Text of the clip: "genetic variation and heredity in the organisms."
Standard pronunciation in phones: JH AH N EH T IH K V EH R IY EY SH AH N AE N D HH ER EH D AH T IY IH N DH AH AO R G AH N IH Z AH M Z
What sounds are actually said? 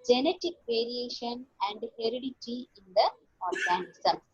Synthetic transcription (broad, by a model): JH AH N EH T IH K V EH R IY EY SH AH N AE N D HH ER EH D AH T IY IH N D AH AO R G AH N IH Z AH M